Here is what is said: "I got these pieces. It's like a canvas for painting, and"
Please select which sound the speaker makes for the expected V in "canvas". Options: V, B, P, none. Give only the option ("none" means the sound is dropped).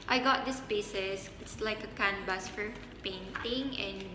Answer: B